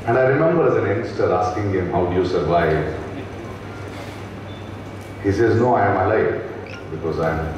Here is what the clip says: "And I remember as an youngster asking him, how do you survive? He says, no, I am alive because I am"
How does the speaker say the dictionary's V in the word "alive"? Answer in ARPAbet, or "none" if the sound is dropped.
F